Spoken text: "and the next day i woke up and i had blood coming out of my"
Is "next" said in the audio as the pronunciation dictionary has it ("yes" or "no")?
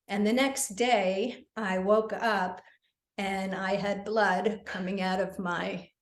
yes